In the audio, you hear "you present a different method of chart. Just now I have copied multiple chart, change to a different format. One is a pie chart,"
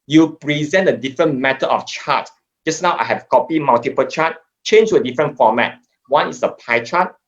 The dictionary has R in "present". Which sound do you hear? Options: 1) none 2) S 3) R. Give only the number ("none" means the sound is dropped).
3